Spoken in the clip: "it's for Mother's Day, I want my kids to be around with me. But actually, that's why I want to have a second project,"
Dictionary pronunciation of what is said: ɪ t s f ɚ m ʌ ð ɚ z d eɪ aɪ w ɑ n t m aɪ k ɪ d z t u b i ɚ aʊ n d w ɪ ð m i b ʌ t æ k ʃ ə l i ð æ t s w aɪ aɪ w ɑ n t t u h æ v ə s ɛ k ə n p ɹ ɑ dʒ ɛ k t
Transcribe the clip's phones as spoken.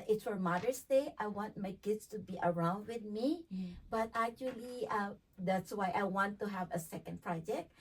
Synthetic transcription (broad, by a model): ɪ t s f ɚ m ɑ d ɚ s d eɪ aɪ w ɑ n t m aɪ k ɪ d s t u b i ɚ aʊ n d w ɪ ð m i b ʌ t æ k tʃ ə l i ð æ t s w aɪ aɪ w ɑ n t t u h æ v ə s ɛ k ə n p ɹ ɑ dʒ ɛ k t